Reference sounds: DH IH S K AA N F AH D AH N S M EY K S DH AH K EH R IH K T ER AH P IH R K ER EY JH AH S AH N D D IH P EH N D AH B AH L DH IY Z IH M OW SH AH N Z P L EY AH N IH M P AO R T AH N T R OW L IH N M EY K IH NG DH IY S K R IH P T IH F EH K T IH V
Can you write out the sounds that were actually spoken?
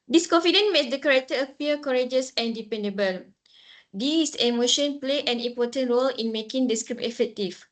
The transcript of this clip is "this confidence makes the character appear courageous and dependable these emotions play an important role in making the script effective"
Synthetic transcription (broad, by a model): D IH S K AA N F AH D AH N M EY S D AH K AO R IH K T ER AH P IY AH K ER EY JH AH S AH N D D IH P EH N D AH B AH L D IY S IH M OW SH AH N P L EY AH N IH M P AO T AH N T R OW L IH N M EY K IH NG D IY S K R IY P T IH F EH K T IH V